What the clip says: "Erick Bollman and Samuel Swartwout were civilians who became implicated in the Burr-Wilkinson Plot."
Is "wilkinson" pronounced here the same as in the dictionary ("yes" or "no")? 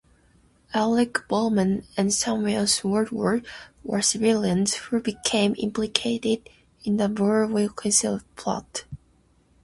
no